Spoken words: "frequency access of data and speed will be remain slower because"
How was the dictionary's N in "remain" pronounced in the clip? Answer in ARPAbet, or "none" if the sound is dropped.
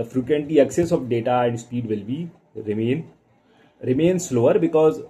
N